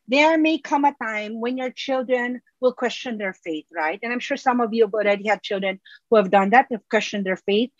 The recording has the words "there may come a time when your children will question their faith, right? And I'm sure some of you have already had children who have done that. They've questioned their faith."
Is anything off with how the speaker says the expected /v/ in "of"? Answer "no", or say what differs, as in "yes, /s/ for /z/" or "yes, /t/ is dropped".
no